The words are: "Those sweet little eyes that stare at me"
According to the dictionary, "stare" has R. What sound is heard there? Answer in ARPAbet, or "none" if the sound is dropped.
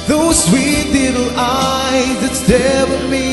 W